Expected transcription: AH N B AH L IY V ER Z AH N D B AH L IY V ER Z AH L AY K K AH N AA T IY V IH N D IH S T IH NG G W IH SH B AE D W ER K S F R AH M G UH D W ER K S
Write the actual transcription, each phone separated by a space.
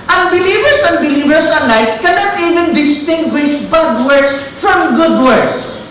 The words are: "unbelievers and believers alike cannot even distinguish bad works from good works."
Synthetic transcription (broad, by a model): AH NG B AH L IY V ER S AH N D B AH L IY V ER S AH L AY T K AH N AA T IY V IH N D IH S T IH NG G W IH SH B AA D W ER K S F R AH M G UH D W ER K S